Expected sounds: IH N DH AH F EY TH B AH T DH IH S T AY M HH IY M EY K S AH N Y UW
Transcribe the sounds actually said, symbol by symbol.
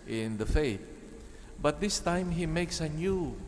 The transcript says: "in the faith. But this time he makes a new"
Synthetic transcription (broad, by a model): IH N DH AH F EY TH B AH T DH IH S T AY M HH IY M EY K S AH N Y UW